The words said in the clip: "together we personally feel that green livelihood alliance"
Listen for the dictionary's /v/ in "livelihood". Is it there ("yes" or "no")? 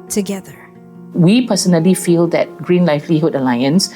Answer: no